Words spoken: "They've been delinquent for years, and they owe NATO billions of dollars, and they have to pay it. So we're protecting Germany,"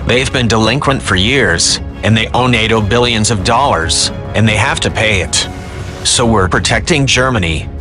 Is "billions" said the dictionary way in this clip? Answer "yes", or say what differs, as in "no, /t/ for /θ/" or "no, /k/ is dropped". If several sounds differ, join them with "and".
yes